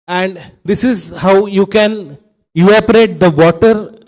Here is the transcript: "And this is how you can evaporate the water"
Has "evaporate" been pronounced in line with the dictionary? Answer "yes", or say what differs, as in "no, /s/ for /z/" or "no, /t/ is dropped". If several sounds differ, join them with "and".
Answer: no, /v/ is dropped